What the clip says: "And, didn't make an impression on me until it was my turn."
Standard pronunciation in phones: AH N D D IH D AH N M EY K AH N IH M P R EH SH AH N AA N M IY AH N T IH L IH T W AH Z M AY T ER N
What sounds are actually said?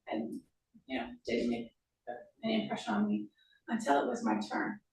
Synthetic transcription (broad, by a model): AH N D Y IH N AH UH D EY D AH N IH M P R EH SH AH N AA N M IY AH N T IH L IH T W AH Z M AY T ER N